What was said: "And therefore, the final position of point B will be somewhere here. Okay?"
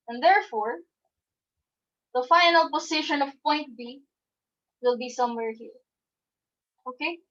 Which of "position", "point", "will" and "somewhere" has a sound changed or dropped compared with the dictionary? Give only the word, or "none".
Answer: position